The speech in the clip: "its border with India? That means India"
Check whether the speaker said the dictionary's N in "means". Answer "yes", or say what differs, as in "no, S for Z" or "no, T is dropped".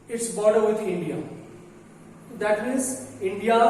no, N is dropped